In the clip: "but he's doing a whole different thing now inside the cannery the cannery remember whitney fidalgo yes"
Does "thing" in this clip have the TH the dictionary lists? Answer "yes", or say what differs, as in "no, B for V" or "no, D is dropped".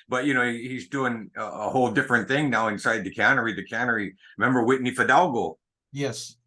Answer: yes